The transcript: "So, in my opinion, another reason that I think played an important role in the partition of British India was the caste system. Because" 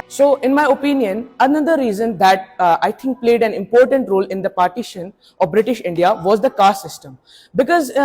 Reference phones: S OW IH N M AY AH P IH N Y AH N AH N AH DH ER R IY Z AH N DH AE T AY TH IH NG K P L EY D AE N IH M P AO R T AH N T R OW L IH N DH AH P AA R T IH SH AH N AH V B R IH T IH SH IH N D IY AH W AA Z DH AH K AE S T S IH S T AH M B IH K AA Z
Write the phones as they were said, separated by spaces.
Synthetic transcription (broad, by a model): S OW IH N M AY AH P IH N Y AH N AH N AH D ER R IY Z AH N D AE T AY T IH NG K P L EY D AE N IH M P AO R T AH N T R OW L IH N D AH P AA R T IH SH AH N AH V B R IH T IH SH IH N D IY AH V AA Z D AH K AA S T S IH S T AH M B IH K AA Z